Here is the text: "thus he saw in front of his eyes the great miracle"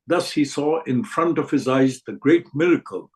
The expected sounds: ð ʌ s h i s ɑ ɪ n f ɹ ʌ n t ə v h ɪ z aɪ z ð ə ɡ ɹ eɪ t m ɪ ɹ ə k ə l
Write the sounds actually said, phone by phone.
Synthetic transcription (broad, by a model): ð ʌ s h i s ɑ ɪ n f ɹ ʌ n t ə v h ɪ z aɪ z ð ə ɡ ɹ eɪ t m ɪ ɹ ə k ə l